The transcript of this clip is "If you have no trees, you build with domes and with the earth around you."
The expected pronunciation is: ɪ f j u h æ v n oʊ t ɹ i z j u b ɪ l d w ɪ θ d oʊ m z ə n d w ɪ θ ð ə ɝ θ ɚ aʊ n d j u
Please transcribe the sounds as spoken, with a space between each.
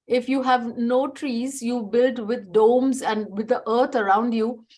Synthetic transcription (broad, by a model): ɪ f j u h æ v n oʊ t ɹ i z j u b ɪ l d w ɪ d d oʊ m z ə n d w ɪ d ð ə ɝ t ɚ aʊ n d j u